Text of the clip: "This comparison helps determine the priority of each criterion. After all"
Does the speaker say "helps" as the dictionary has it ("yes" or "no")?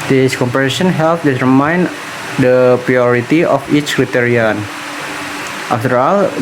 no